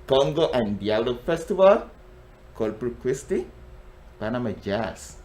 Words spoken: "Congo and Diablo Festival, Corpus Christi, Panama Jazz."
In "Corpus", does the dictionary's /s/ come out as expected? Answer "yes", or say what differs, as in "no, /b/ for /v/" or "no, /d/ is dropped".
no, /s/ is dropped